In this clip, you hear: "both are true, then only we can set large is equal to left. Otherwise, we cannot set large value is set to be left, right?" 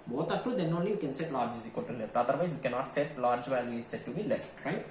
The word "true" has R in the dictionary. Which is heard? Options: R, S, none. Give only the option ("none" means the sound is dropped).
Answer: none